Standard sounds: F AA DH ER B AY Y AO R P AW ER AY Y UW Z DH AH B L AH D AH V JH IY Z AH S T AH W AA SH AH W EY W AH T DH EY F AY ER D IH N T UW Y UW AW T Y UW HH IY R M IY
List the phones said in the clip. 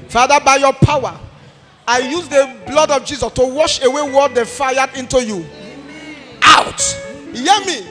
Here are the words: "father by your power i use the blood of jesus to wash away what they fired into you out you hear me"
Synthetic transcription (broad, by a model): F AA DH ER B AY Y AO P AW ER AY Y UW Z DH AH B L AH D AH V JH IY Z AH S T AH W AA SH AH W EY W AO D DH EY F AY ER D IH N T UW Y UW AW T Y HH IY M IY